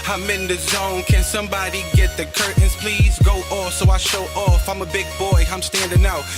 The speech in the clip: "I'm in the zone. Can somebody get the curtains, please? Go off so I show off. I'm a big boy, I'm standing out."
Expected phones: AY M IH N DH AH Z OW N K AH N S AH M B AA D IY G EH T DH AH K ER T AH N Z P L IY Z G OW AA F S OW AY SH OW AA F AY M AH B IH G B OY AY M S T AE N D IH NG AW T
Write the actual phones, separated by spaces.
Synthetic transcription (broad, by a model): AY M IH N DH AH Z OW N K AH N S AH M B AA D IY G EH T DH AH K ER T N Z P L IY Z G OW AA F S OW AY SH OW AA F AY M AH B IH G B OY AY M S T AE N D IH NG AW